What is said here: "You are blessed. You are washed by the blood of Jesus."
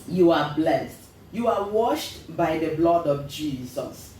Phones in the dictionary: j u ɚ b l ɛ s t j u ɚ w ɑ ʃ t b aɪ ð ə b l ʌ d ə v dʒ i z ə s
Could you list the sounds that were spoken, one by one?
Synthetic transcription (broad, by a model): j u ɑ b l ɛ s t j u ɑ w ɑ ʃ t b aɪ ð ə b l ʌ d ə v dʒ i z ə s